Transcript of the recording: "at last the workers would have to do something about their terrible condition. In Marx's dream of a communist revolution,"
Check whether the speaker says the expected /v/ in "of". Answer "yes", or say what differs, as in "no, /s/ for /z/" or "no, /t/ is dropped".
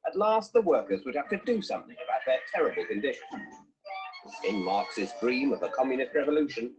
yes